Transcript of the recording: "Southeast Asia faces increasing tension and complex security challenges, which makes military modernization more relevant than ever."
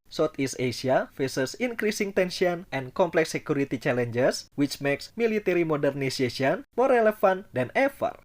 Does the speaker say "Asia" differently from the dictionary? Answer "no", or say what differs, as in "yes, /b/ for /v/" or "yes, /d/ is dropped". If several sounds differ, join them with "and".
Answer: yes, /s/ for /ʒ/